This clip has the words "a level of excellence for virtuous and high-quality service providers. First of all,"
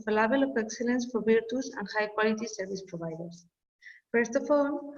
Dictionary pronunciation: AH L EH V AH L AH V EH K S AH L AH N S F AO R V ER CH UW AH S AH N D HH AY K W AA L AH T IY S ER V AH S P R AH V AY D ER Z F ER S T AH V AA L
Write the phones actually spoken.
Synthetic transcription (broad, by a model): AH L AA B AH L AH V EH K S AH L AH N S F AO R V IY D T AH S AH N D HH AY K W AA L AH T IY S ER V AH S P R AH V AY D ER S F ER S T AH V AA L